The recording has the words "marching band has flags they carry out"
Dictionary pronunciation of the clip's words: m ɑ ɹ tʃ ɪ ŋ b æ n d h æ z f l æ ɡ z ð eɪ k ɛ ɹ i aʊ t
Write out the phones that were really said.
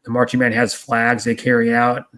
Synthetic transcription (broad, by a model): m ɑ ɹ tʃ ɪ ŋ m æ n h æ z f l æ ɡ z ð eɪ k ɛ ɹ i aʊ t